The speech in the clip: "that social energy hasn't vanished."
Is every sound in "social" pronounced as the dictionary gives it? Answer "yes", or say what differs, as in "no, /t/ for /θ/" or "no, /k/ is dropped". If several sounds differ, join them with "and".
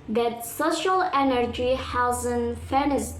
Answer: yes